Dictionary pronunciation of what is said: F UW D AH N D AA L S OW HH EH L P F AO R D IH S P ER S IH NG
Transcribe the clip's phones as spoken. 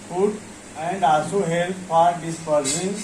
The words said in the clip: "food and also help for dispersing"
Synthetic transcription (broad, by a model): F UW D AH N D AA S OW HH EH L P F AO R D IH S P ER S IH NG